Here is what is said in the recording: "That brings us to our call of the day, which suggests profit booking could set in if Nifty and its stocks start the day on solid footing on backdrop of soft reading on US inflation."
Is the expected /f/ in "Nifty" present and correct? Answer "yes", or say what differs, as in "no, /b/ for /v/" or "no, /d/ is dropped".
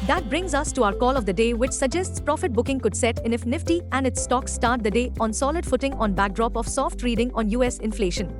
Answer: yes